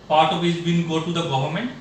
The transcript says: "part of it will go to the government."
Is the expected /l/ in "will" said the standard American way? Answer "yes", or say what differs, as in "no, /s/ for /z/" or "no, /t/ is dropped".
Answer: no, /n/ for /l/